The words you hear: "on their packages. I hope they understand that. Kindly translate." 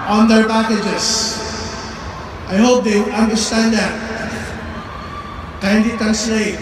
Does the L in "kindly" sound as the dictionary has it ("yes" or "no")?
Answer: no